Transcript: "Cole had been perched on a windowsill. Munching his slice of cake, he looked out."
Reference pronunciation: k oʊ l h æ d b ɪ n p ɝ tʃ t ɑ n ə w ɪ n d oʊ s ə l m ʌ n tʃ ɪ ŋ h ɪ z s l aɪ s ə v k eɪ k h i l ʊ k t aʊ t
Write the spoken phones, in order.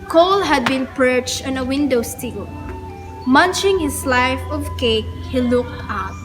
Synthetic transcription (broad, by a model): k oʊ l h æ d b ɪ n p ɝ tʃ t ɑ n ə w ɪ n d oʊ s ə l m ʌ n tʃ ɪ ŋ h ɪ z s l aɪ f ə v k eɪ k h i l ʊ k t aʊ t